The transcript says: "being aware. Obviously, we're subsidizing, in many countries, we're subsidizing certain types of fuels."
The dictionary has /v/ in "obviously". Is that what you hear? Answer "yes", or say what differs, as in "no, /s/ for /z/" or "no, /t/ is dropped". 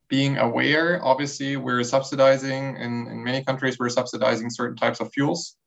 yes